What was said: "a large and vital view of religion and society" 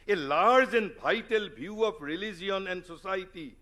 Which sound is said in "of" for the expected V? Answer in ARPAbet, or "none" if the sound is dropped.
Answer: P